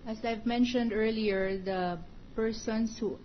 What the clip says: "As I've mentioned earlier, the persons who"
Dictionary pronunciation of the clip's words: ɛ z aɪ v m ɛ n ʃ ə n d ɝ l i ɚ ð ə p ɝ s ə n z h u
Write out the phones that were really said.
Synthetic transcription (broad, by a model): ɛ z aɪ v m ɛ n ʃ ə n d ɝ l i ɚ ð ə p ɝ s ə n s h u